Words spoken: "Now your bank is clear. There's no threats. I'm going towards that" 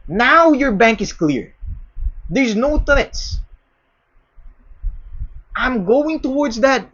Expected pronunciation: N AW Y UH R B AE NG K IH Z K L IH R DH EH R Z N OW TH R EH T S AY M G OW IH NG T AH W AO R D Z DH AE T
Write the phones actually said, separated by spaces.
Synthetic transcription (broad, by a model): N AW Y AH R B AE NG K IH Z K L IH R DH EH R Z N OW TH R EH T S AY M G OW IH NG T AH W AO R D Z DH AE T